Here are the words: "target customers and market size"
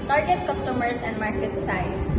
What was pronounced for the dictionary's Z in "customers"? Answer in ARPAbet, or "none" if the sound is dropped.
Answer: S